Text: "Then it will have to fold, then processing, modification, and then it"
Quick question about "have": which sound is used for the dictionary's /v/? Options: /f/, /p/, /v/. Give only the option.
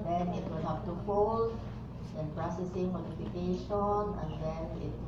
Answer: /p/